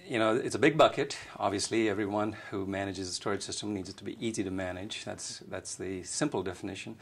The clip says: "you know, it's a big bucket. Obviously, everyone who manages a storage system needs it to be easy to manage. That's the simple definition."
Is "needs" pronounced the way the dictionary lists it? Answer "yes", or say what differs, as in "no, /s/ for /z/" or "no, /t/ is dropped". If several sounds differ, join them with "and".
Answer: yes